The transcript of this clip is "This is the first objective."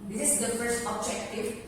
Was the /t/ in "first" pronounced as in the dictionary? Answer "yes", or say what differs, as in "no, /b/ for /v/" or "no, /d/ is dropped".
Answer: yes